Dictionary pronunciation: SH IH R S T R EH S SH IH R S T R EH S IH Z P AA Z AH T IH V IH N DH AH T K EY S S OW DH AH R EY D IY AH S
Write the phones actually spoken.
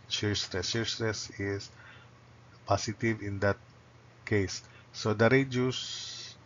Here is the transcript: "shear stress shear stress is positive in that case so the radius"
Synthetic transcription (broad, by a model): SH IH R S T R EH S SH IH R S T R EH S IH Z P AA S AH T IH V IH N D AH T K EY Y S OW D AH R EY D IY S